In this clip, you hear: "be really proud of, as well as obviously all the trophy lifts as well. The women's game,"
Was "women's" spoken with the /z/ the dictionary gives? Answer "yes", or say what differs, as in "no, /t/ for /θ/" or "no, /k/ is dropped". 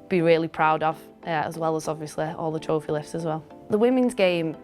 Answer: yes